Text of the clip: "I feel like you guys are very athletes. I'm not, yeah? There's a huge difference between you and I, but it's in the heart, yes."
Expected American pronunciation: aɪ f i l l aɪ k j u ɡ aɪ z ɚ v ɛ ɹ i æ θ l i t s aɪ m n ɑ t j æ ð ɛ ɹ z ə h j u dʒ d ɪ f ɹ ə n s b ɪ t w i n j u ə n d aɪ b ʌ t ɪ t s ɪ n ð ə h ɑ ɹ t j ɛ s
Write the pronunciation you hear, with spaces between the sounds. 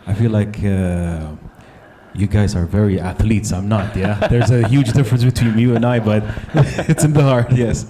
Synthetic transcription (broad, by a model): aɪ f i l l aɪ k j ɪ ɡ aɪ z ɚ v ɛ ɹ i æ θ l i t s aɪ m n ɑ t j æ ð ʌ ɹ z ə h j u dʒ d ɪ f ɹ ə n s b ɪ t w i n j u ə n aɪ b ʌ t ɪ t s ɪ n ð ə h ɑ ɹ t j ɛ s